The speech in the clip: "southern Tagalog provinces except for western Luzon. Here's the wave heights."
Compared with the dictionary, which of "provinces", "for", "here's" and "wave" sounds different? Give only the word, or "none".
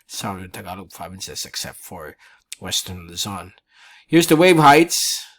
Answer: provinces